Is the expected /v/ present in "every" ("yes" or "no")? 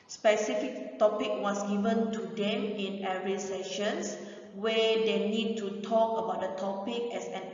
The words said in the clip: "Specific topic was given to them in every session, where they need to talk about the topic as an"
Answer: no